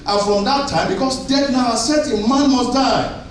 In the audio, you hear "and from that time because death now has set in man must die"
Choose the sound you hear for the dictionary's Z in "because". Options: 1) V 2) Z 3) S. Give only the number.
3